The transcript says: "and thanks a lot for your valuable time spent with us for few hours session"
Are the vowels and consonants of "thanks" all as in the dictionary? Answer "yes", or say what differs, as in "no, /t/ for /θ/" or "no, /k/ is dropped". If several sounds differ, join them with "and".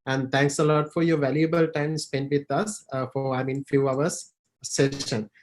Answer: no, /t/ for /θ/